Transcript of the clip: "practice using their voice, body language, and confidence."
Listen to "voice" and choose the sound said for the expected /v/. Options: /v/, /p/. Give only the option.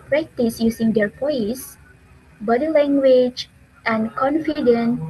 /p/